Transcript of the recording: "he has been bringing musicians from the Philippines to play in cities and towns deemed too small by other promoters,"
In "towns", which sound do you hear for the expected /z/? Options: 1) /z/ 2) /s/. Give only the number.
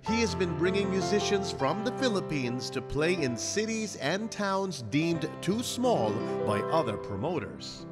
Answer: 1